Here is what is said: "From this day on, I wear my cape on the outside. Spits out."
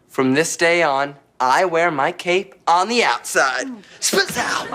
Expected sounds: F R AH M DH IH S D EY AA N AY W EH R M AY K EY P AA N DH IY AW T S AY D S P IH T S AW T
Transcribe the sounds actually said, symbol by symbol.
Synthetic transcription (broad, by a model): F R AH M DH IH S D EY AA N AY W EH R M AY K EY P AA N DH IY AW T S AY D S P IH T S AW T